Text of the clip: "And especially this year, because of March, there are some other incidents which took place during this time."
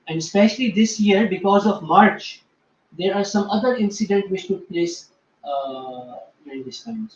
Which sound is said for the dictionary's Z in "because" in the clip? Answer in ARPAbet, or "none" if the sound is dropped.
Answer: Z